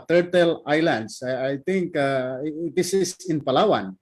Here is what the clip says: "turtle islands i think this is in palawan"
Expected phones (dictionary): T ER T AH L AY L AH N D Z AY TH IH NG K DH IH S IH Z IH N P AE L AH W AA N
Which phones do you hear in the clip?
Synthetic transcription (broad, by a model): T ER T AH L AY L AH N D S AY T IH NG K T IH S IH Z IH N P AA L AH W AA N